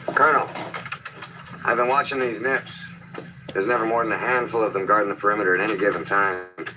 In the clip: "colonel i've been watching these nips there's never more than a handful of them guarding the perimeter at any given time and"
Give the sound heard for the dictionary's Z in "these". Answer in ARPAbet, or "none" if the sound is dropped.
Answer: Z